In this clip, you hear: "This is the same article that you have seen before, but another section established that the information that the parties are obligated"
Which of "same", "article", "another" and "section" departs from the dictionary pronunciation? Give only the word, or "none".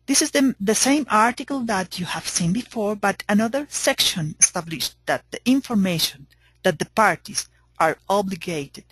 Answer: none